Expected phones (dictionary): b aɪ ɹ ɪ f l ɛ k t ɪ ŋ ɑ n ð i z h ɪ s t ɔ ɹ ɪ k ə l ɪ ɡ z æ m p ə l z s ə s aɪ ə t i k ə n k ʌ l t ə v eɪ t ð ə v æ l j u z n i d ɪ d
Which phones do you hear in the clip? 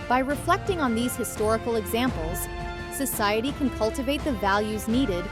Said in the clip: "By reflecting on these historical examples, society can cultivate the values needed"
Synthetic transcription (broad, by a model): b aɪ ɹ ɪ f l ɛ k t ɪ ŋ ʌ n ð i z h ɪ s t ɔ ɹ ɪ k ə l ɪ ɡ z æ m p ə l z s ə s aɪ ə t i k ə n k ʌ l t ə v eɪ t ð ə v æ l j u z n i d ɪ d